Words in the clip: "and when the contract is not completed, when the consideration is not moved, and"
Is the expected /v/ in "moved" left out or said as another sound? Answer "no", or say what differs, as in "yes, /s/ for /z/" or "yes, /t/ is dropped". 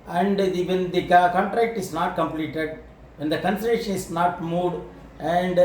yes, /v/ is dropped